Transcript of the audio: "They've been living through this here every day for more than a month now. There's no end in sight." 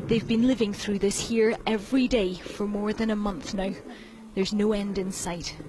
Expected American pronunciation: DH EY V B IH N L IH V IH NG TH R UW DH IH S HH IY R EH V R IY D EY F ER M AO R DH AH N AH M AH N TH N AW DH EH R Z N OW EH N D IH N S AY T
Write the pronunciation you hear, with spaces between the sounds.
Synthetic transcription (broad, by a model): DH EY V B IH N L IH V IH NG TH R UW DH IH S HH IY R EH V R IY D EY F ER M AO R DH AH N AH M AH N TH N AW DH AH R Z N OW EH N D IH N S AY T